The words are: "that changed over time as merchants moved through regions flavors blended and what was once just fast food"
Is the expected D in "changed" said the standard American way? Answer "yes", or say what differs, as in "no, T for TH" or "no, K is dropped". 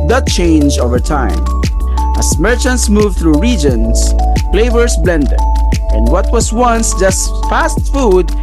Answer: no, D is dropped